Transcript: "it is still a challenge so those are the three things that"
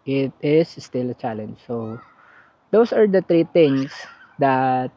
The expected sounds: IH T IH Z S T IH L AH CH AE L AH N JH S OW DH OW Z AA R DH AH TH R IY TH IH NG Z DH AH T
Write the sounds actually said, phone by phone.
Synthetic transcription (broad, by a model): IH T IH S S T IH L AH CH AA L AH N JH S OW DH OW S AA R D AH T R IY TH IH NG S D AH T